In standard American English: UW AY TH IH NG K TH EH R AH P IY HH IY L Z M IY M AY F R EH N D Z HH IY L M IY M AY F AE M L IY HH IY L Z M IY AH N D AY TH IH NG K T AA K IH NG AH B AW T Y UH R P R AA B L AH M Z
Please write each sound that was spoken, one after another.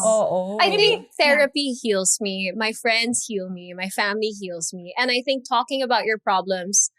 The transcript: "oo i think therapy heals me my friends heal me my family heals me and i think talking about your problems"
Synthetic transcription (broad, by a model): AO AY TH IH NG K TH EH R AH P IY HH IY L Z M IY M AY F R EH N D Z HH IY L M IY M AY F AE M L IY HH IY L Z M IY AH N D AY TH IH NG K T AA K IH NG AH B AW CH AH R P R AA B L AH M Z